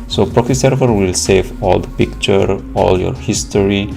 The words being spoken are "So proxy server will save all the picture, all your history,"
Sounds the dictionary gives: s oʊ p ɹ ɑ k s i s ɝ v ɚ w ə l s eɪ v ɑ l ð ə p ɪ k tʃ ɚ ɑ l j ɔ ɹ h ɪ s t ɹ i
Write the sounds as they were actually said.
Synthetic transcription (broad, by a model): s oʊ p ɹ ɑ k i s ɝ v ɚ w ə l s eɪ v ɑ l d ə p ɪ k tʃ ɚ ɑ l j ɔ ɹ h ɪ s t ɹ i